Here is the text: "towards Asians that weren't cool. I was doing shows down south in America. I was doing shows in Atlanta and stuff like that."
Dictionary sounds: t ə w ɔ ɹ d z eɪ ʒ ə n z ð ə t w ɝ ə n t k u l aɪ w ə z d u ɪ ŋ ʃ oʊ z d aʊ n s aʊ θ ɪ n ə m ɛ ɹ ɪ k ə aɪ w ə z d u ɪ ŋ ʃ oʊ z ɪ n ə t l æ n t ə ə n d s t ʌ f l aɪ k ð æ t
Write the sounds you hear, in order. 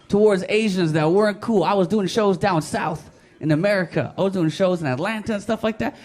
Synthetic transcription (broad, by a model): t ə w ɔ ɹ d z eɪ ʒ ə n z ð ə t w ɝ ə n k u l aɪ w ə z d u ɪ ŋ ʃ oʊ z d aʊ n s aʊ θ ɪ n ə m ɛ ɹ ɪ k ə aɪ w ə z d u ɪ ŋ ʃ oʊ z ɪ n ə t l æ n t ə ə n s t ʌ f l aɪ k ð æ t